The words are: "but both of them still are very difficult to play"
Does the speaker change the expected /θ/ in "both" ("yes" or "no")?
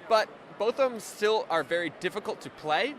no